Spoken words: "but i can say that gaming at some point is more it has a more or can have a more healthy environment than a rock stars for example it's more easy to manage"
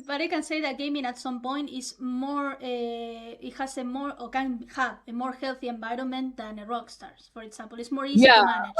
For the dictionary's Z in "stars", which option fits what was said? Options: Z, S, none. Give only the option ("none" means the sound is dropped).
S